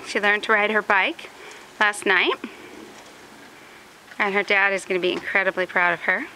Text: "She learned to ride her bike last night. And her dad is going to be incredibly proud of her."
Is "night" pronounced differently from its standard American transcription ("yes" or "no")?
no